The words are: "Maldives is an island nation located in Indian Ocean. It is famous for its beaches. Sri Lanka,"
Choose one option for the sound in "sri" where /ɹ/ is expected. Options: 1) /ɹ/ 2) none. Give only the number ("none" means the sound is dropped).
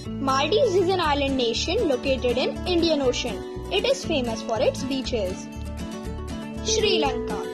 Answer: 1